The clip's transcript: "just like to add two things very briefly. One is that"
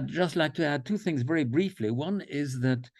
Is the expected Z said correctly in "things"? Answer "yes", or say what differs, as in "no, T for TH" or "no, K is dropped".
yes